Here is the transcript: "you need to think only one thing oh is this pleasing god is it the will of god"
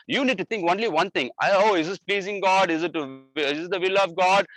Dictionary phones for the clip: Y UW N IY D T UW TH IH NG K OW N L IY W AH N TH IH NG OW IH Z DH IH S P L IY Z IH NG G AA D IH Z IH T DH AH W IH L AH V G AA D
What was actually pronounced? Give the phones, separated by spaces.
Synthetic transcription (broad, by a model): Y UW N IY D T UW T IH NG K OW N L IY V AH N T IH NG OW IH Z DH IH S P L IY Z IH NG G AA D IH Z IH T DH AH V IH L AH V G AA D